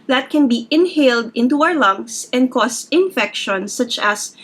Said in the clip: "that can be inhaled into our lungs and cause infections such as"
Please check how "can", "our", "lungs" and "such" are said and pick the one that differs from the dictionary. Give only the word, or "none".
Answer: lungs